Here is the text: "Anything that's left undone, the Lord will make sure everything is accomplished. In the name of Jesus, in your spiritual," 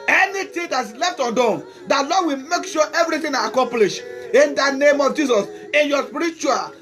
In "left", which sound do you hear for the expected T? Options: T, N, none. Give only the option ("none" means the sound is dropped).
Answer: T